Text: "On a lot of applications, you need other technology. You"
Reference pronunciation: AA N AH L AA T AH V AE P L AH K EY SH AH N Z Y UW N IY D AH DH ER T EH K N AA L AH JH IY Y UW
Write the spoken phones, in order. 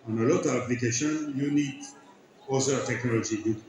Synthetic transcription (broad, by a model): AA N AH L AA T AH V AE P L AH K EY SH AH N Y UW N IY D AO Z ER T EH K N AA L AH JH IY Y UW